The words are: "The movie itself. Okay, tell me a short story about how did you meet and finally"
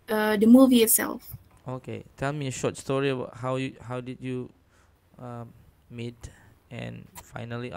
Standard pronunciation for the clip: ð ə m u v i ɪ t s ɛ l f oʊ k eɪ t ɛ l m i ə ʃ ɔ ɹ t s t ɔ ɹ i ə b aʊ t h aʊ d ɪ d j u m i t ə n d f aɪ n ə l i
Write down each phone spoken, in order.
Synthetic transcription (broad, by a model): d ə m u v i ɪ t s ɛ l f oʊ k eɪ t ɛ l m i ə ʃ ɔ t s t ɔ ɹ i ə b aʊ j h aʊ d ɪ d j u m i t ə n f aɪ n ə l i